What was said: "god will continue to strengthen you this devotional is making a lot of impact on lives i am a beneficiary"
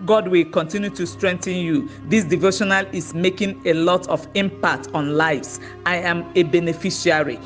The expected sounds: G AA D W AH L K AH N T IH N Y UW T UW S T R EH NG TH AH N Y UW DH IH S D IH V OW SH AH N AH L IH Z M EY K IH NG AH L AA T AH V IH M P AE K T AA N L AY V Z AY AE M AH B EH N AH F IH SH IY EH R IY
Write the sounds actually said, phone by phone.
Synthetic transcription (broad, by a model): G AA D W AH L K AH N T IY N Y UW T UW S T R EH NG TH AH N Y UW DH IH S D IH V OW SH AH N AH L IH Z M EY K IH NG AH L AA T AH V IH M P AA K T AA N L AY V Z AY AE M AH B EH N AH F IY SH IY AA R IY